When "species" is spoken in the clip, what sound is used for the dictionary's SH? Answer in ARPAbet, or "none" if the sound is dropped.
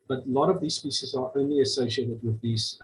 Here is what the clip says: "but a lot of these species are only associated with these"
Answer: S